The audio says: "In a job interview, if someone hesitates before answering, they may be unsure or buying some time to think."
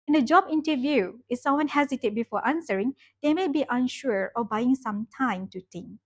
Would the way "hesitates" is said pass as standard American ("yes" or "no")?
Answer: no